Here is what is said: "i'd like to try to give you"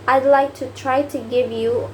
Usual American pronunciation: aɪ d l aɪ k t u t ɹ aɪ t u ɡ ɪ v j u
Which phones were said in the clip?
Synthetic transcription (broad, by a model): aɪ d l aɪ k t u t ɹ aɪ t u ɡ ɪ v j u